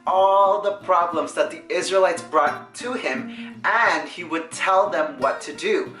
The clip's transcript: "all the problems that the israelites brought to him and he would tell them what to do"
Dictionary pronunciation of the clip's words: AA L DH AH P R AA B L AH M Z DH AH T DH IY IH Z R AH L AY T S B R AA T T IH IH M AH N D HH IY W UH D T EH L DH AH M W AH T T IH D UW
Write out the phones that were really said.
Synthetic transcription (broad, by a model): AA L DH AH P R AA B L AH M Z DH AH T DH IY IH Z R AH L AY T S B R AA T T IH IH M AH N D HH IY W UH D T EH L DH AH M W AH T T IH D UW